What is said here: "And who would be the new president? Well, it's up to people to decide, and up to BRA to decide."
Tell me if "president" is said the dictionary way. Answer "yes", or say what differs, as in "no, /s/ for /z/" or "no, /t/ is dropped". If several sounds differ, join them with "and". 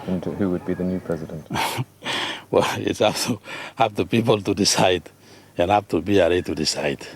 yes